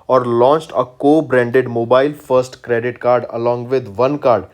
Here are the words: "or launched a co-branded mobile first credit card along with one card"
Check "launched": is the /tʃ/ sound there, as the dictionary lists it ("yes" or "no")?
yes